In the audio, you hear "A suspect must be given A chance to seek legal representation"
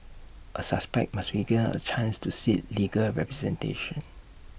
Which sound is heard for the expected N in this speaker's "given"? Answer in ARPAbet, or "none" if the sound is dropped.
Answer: none